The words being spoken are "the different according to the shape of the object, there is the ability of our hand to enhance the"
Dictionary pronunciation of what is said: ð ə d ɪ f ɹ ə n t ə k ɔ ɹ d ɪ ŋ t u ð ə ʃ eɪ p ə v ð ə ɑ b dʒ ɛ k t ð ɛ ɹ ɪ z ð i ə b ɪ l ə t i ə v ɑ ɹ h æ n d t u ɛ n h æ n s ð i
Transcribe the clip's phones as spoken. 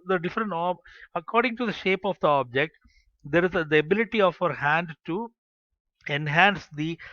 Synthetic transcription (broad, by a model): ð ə d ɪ f ɹ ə n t ə k ɔ ɹ d ɪ ŋ t u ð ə ʃ eɪ p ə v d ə ɑ b dʒ ɛ k t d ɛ ɹ ɪ z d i ə b ɪ l ə t i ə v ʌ ɹ h æ n d t u ɛ n h æ n s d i